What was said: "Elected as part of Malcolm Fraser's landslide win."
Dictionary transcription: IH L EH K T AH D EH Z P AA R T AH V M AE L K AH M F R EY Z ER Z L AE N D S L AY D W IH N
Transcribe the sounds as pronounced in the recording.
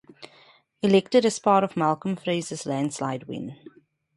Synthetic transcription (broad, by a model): IH L EH K T AH D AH S P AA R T AH V M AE L K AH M F R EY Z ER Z L AE N D S L AY D W IH N